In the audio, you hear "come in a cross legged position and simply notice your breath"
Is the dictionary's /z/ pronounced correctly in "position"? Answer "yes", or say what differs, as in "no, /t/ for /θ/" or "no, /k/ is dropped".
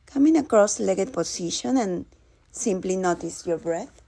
no, /s/ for /z/